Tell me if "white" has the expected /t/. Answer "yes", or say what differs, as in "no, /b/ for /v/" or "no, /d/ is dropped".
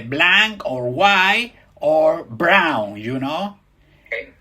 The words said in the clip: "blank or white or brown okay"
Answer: no, /t/ is dropped